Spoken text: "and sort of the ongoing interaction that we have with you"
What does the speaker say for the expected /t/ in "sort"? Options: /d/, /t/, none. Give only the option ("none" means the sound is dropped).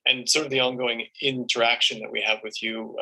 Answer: /t/